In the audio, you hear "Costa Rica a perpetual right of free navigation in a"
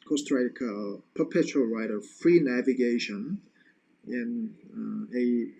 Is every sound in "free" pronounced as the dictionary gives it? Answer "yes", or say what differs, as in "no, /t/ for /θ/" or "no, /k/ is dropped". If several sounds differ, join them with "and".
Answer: yes